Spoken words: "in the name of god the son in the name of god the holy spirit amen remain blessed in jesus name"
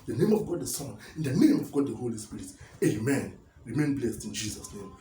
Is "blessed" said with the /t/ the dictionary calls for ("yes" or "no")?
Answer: yes